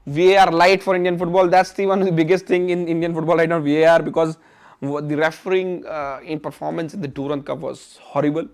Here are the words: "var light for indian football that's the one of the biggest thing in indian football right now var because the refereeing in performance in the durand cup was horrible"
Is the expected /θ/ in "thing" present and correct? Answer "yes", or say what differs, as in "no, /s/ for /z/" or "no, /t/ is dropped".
no, /t/ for /θ/